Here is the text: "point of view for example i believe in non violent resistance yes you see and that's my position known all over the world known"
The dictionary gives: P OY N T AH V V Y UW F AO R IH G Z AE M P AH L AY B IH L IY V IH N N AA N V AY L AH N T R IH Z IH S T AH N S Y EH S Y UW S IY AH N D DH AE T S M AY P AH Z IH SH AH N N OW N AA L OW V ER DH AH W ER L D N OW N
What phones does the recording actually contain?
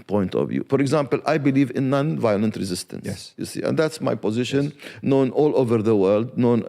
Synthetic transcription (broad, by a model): P OY N T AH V V Y UW F AO R IH G Z AE M P AH L AY B IH L IY V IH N N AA N V AY L AH N T R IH Z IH S T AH N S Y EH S Y UW S IY AH N D DH AE T S M AY P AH Z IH SH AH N N OW N AA L OW V ER DH AH W ER L D N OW N